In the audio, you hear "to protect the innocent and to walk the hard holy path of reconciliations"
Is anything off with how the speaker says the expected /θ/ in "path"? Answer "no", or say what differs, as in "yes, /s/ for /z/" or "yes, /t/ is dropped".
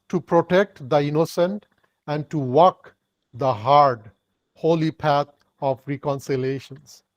yes, /t/ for /θ/